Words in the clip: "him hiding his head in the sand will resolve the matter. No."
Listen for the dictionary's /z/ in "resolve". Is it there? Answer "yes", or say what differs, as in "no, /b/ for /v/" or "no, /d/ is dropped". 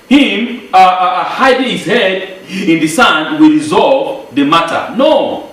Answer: yes